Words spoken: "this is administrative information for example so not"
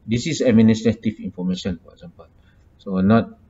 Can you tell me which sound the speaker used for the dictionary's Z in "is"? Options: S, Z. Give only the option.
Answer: S